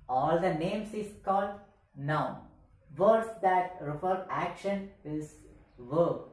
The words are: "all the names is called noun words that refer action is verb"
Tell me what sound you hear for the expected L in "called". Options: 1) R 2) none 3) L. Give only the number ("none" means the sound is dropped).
3